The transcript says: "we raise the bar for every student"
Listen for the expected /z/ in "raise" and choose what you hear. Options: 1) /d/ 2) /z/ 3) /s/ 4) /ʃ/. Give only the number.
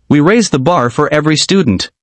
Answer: 2